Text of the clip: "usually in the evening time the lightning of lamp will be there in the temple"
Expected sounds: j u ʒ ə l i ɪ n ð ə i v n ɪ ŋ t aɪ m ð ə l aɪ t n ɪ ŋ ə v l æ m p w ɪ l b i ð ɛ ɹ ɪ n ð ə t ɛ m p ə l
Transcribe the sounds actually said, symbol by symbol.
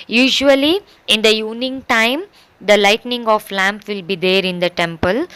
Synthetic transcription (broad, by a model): j u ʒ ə l i ɪ n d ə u n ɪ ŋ t aɪ m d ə l aɪ t n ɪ ŋ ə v l æ m p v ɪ l b i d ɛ ɹ ɪ n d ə t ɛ m p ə l